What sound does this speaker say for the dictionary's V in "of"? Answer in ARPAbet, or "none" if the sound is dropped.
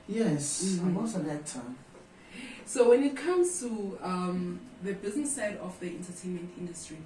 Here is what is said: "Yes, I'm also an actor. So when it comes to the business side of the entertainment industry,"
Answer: F